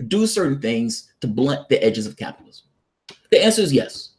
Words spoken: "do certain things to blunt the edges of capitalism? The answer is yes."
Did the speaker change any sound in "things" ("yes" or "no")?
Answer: no